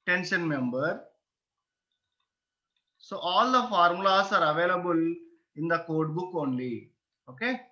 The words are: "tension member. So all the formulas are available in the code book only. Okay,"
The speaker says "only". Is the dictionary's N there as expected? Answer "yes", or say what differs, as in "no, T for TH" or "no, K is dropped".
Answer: yes